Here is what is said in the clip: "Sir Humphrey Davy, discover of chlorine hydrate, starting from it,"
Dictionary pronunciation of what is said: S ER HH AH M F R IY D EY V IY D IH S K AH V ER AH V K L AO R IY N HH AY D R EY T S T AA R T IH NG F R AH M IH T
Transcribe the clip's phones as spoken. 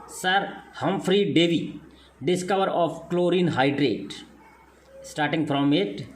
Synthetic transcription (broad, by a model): S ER HH AH M F R IY D EY V IY D IH S K AH V ER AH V K L AO R IY N HH AY D R EY T S T AA R T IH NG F R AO M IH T